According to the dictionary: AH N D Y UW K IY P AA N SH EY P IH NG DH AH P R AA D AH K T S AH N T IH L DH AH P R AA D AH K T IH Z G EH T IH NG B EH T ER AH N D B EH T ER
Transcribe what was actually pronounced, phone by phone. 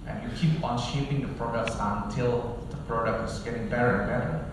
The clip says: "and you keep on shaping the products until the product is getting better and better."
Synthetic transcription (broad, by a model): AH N Y UW K IY P AA N SH EY P IH NG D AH P R AA D AH K T S AH N T IH L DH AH P R AA D AH K T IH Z G EH T IH NG B EH T ER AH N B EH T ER